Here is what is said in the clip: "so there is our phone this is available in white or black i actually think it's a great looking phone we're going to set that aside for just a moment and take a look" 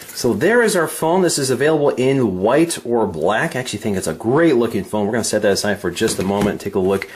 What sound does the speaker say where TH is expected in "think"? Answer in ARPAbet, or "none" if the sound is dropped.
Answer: TH